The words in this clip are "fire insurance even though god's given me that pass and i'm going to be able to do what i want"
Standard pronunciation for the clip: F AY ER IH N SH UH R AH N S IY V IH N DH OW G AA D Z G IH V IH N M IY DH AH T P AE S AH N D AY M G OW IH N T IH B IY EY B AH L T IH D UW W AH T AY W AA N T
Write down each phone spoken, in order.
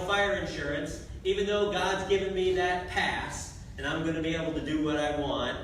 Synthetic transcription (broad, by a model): F AY ER IH N SH UH R AH N S IY V IH N DH OW G AA D Z G IH V IH N M IY DH AH T P AE S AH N AY M G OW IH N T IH B IY EY B L T IH D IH W AH T AY W AA N T